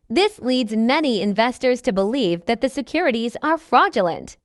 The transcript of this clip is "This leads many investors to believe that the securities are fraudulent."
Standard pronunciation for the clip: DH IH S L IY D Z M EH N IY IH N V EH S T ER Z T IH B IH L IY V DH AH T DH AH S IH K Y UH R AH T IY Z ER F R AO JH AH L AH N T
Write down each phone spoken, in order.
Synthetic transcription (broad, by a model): DH IH S L IY D Z M EH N IY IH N V EH S T ER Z T IH B IH L IY V DH AH T DH AH S IH K Y UH R AH T IY Z ER F R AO JH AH L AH N T